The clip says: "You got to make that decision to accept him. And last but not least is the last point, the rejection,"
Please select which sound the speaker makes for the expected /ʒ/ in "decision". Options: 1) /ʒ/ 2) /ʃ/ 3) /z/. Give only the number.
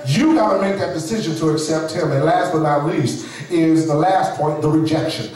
1